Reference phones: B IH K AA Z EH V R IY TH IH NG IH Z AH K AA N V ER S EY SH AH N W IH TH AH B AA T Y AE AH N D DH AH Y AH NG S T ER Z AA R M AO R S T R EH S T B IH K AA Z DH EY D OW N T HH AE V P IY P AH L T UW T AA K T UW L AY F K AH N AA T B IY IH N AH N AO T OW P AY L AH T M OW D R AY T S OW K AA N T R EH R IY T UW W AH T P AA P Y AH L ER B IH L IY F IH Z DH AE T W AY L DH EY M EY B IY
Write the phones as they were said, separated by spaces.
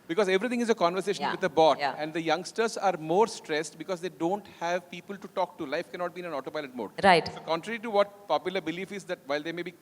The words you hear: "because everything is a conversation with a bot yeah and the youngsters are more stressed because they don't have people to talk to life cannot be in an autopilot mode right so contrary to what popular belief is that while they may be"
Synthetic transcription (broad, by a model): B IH K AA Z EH V R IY T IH NG IH Z AH K AA N V ER S EY SH AH N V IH AH B AA T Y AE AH N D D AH Y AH NG S T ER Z AA R M AO R S T R EH S T B IH K AA Z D EY D OW N T HH AE V P IY P AH L T UW T AA K T UW L AY F K AH N AA T B IY IH N AH N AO T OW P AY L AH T M OW D R AY T S OW K AA N T R EH R IY T UW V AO T P AA P Y AH L ER B IH L IY F IH Z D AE T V AY L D EY M EY B IY